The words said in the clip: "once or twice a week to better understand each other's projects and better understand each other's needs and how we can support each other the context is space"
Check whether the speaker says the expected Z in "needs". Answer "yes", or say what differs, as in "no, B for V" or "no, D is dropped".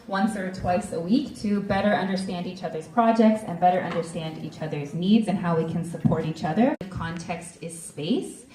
yes